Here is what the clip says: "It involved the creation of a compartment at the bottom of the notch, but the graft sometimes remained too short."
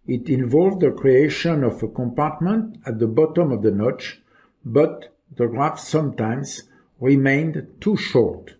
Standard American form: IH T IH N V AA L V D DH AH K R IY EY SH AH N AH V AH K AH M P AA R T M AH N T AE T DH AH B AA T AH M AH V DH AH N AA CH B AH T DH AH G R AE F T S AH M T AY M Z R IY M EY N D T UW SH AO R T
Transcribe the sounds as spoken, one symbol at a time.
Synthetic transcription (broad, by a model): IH T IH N V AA L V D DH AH K R IY EY SH AH N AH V AH K AH M P AA R T M AH N T AE T DH AH B AA T AH M AH V DH AH N AA CH B AH T DH AH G R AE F S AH M T AY M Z R IY M EY N D T UW SH AO R T